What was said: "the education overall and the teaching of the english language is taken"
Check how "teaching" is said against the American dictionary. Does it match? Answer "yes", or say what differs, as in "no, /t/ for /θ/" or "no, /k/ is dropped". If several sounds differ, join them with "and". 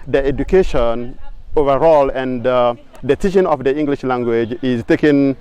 no, /s/ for /t/ and /ʃ/ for /tʃ/